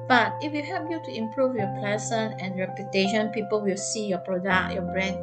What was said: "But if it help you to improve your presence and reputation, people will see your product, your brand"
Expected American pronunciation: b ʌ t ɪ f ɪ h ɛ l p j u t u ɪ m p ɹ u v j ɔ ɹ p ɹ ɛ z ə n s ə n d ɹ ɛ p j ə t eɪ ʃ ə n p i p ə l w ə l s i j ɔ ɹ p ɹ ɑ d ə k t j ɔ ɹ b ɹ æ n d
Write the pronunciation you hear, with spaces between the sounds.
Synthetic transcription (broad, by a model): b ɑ t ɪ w ɪ h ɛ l p j u t u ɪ m p ɹ u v j ɔ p l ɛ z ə n ə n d ɹ ɛ p j ə t eɪ ʃ ə n p i p ə l w ə l s i j ɔ p ɹ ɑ d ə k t j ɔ b ɹ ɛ n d